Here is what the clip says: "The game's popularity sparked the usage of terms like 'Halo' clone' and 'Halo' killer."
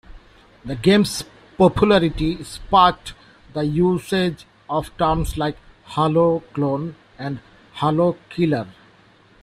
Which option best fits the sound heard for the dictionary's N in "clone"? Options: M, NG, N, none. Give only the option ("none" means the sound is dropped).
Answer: N